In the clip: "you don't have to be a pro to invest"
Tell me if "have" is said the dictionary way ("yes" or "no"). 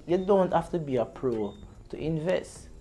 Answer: no